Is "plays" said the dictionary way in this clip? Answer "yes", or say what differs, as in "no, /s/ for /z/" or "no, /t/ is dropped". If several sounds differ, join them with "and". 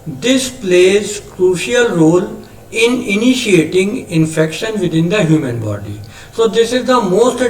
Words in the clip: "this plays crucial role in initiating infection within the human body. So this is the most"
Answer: yes